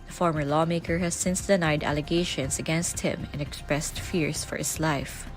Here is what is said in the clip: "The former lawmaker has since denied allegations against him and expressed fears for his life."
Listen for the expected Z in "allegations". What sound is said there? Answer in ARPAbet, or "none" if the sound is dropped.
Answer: S